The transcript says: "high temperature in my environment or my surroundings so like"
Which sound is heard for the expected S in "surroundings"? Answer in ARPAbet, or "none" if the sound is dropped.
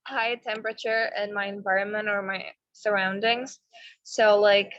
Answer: S